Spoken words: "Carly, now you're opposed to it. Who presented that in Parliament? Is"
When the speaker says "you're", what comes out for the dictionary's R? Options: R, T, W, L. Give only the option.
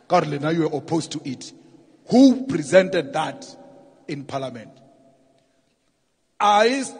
W